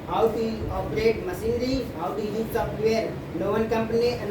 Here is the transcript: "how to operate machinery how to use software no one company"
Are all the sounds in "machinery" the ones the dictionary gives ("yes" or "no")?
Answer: no